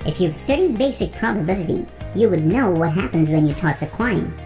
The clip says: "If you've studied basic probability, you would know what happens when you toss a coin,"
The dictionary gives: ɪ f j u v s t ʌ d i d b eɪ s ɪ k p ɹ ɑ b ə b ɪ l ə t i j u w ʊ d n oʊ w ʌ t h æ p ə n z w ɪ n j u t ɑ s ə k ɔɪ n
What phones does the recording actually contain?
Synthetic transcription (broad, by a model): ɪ f j u v s t ʌ d i d b eɪ s ɪ k p ɹ ɑ b ə b ɪ l ə t i j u w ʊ d n oʊ w ʌ t h æ p ə n z w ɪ n j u t ɑ s ə k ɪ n